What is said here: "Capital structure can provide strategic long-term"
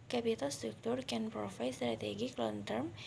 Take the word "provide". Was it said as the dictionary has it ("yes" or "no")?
no